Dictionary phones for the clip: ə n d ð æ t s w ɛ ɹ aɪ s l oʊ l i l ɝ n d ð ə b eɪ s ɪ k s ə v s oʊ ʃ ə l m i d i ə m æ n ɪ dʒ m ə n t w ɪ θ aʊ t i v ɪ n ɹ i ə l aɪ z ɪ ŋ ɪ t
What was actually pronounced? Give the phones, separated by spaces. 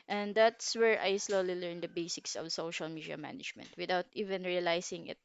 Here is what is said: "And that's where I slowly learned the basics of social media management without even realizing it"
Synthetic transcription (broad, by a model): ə n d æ t s w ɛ ɹ aɪ s l oʊ l i l ɝ n d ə b eɪ s ɪ k s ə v s oʊ ʃ ə l m i d i ə m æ n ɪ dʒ m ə n t w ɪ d aʊ t i v ɪ n ɹ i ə l aɪ s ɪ ŋ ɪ t